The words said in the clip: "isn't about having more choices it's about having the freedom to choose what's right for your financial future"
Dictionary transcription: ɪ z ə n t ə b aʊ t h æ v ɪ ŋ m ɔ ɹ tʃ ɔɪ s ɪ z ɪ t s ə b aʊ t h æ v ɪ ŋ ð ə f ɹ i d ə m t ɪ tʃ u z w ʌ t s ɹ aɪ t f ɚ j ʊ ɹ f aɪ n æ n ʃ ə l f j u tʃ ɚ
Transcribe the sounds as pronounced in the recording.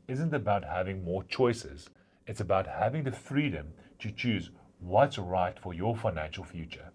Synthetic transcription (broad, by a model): ɪ z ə n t ə b aʊ t h æ v ɪ ŋ m ɔ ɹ tʃ ɔɪ s ɪ z ɪ t s ə b aʊ t h æ v ɪ ŋ ð ə f ɹ i d ə m t ɪ tʃ u z w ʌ t s ɹ aɪ t f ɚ j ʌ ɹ f aɪ n æ n ʃ ə l f j u tʃ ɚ